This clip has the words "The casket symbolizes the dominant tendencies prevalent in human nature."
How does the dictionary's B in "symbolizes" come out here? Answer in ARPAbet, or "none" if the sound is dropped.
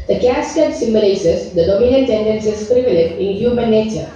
none